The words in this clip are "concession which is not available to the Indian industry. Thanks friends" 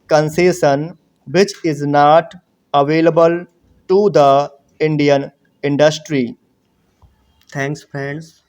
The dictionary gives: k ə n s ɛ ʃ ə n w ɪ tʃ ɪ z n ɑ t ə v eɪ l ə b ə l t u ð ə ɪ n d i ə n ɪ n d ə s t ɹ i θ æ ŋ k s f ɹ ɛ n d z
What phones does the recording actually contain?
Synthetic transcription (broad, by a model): k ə n s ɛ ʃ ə n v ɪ tʃ ɪ z n ɑ t ə v eɪ l ə b ə l t u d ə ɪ n d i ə n ɪ n d ə s t ɹ i t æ ŋ k s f ɹ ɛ n d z